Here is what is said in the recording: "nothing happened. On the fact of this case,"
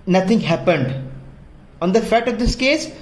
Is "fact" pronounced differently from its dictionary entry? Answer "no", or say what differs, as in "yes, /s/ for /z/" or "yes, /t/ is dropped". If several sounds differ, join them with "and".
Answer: yes, /k/ is dropped